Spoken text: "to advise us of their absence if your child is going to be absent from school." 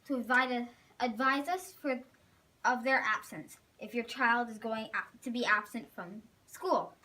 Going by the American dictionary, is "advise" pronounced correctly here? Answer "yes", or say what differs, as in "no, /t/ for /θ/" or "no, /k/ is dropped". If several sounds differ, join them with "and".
yes